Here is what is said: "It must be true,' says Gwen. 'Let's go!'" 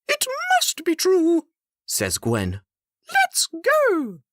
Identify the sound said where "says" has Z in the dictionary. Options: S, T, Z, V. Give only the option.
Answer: Z